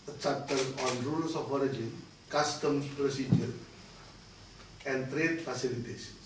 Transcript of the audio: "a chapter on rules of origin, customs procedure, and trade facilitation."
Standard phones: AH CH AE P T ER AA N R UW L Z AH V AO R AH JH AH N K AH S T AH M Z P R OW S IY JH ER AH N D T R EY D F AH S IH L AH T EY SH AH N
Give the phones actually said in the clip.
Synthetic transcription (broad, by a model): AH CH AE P T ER AA N R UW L S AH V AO R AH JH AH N K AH S T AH M P R OW S IY JH ER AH N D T R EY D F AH S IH L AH T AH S